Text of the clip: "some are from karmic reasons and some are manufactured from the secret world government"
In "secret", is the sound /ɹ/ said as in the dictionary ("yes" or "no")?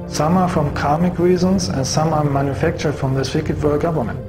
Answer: no